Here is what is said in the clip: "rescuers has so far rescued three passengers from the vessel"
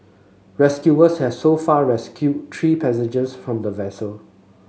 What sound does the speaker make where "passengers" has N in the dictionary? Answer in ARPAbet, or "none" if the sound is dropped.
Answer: none